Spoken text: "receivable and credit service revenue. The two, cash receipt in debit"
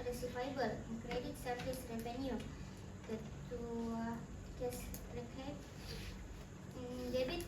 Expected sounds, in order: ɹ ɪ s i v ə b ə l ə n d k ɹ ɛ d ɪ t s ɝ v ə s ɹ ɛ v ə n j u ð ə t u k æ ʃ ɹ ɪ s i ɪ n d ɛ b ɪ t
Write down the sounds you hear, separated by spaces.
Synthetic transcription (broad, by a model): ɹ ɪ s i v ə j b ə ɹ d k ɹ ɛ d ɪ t s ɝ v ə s ɹ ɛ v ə n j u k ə t u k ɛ s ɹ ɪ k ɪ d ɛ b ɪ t